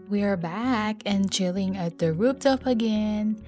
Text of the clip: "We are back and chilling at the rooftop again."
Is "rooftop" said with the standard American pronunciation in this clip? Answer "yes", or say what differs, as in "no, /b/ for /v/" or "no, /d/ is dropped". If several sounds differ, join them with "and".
no, /p/ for /f/